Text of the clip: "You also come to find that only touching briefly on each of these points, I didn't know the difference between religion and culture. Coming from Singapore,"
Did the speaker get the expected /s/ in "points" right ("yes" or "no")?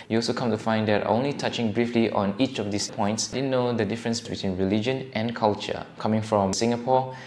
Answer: yes